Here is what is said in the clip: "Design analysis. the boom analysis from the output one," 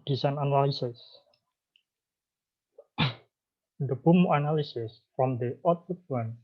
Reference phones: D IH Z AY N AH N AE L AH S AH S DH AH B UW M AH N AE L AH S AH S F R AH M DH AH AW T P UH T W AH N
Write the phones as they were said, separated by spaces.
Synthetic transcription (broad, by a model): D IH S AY N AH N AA L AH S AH S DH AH B UW M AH N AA L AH S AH S F R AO M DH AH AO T UH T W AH N